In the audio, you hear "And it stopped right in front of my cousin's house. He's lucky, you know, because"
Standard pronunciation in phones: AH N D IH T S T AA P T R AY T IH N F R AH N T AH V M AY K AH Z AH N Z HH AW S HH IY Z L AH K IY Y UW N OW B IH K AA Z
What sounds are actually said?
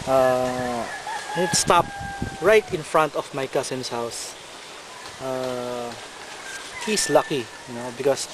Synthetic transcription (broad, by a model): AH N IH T S T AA P R AY T IH N F R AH N T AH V M AY K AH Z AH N S HH AW S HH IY S L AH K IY N OW B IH K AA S